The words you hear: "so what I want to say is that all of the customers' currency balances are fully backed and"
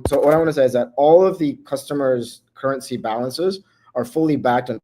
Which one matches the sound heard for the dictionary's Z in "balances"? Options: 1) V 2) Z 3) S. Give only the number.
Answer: 2